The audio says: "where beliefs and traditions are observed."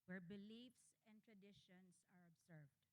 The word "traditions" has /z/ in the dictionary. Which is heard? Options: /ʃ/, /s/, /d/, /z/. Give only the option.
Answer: /s/